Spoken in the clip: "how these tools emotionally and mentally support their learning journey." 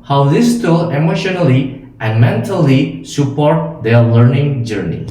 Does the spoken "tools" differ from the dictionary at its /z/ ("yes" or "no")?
yes